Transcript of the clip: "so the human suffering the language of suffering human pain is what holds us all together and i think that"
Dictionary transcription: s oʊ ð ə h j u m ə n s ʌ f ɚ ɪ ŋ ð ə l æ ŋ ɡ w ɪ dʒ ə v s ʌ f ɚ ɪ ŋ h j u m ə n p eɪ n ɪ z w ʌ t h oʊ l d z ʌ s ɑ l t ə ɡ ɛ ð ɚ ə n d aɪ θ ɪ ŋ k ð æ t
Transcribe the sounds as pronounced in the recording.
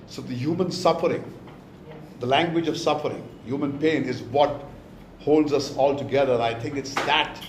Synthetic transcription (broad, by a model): s oʊ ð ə h j u m ə n s ʌ f ɚ ɪ ŋ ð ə l æ ŋ ɡ w ɪ dʒ ə v s ʌ f ɚ ɪ ŋ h j u m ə n p eɪ n ɪ z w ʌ t h oʊ l d z ʌ s ɑ l t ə ɡ ɛ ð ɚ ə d aɪ t ɪ ŋ k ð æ t